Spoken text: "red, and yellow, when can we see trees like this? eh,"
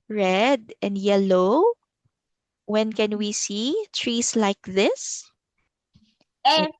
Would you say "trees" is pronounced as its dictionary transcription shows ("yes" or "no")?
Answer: no